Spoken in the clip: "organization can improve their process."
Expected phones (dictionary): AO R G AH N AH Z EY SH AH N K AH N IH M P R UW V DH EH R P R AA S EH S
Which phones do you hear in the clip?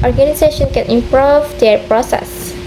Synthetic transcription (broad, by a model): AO R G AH N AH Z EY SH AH N K AH N IH M P R UW V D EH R P R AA S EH S